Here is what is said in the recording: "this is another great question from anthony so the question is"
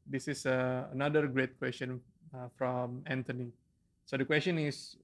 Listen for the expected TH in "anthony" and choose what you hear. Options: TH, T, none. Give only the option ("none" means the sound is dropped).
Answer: T